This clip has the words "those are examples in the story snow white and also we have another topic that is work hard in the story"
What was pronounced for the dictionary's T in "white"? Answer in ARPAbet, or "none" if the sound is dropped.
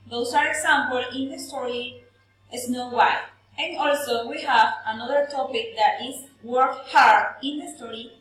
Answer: none